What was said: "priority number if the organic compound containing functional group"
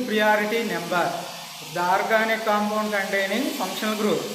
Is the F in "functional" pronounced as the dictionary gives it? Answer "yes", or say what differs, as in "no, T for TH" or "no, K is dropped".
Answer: no, P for F